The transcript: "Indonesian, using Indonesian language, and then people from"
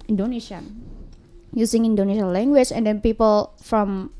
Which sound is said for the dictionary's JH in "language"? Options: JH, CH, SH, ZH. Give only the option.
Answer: CH